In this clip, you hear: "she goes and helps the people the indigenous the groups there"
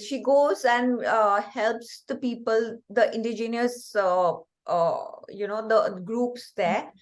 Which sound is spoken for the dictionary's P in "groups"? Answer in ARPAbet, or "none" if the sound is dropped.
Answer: P